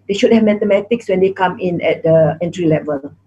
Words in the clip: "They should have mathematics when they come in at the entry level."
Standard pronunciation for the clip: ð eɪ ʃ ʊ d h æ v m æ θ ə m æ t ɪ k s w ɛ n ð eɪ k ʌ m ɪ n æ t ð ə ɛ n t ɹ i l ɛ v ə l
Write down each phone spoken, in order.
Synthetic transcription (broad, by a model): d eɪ ʃ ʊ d h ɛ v m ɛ t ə m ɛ t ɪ k s w ɛ n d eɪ k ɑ m ɪ n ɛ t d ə ɛ n t ɹ i l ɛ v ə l